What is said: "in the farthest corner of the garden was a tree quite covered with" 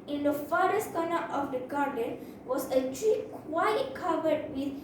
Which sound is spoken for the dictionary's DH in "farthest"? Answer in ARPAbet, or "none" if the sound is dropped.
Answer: none